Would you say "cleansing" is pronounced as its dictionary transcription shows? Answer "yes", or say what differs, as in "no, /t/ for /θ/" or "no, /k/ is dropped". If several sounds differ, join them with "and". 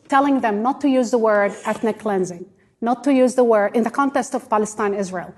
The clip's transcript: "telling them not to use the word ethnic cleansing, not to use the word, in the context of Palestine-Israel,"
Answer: yes